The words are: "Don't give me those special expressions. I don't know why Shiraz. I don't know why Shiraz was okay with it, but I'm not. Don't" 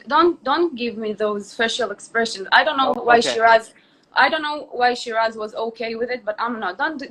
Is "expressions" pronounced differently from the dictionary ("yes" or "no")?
no